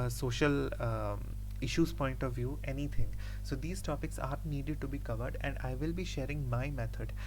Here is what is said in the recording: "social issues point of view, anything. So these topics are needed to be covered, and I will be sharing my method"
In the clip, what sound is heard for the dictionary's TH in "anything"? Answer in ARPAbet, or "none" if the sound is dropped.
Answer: T